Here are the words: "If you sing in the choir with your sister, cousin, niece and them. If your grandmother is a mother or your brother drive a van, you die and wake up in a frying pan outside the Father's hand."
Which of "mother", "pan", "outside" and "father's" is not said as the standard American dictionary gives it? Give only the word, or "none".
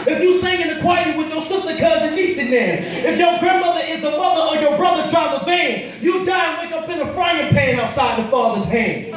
none